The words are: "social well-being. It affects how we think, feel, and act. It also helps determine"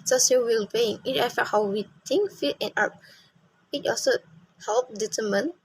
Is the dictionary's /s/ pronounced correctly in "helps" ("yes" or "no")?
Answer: no